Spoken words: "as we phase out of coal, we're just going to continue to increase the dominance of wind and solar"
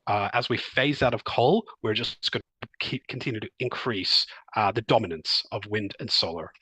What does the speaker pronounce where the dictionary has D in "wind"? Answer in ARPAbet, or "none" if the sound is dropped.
D